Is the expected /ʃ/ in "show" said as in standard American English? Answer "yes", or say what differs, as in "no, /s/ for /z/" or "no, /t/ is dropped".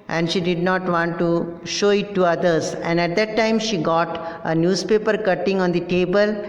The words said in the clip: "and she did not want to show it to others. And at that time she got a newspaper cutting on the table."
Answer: yes